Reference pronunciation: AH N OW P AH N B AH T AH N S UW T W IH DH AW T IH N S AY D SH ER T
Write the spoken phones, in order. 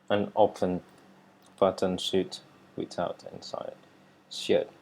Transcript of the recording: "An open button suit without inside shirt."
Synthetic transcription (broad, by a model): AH N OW F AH N B AH T AH N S UW T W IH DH AW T IH N S AY D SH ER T